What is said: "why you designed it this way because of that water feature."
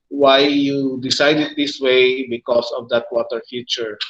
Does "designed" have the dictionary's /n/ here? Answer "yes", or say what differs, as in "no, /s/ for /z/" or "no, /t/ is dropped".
no, /n/ is dropped